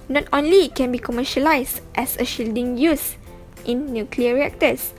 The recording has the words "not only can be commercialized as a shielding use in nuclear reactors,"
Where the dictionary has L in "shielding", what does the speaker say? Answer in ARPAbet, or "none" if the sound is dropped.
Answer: L